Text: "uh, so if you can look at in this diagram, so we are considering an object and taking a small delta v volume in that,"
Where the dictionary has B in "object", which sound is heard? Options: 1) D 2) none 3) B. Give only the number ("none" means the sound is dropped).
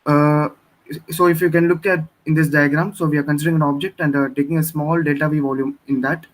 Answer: 3